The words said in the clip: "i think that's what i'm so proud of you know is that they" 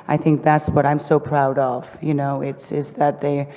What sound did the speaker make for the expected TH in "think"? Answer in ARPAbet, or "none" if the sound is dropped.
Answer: TH